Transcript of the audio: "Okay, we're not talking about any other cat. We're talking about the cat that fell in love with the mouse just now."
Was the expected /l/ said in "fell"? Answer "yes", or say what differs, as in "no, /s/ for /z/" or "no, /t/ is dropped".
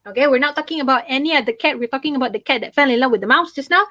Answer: yes